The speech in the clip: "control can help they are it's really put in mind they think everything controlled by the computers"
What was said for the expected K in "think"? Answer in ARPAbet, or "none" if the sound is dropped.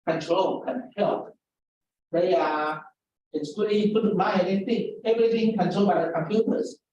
none